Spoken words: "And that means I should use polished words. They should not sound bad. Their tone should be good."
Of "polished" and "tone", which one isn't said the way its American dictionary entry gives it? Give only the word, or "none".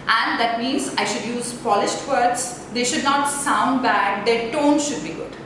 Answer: none